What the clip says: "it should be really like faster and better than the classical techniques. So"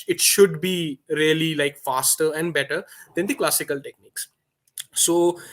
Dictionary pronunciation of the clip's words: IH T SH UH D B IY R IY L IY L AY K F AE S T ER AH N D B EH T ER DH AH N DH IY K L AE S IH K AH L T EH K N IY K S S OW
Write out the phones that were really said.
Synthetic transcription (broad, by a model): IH T SH UH D B IY R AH L IY L AY K F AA S T ER AH N D B EH T ER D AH N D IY K L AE S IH K AH L T EH K N IY K S S OW